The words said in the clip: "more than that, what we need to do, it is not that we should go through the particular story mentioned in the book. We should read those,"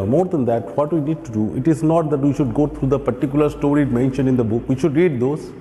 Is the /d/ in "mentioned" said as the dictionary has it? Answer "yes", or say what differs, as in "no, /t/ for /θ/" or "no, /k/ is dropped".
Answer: no, /d/ is dropped